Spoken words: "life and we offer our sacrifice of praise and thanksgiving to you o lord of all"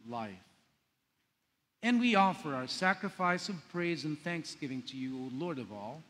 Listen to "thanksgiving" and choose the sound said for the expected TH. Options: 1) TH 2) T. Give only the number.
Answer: 1